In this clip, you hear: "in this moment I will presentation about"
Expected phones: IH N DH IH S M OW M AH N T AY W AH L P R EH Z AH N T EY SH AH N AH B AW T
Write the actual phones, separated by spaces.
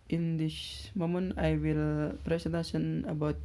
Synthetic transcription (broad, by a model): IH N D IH SH M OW M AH N AY W AH L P R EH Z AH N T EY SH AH N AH B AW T